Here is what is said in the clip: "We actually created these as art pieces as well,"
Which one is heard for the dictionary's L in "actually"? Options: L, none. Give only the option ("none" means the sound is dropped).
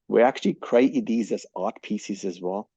L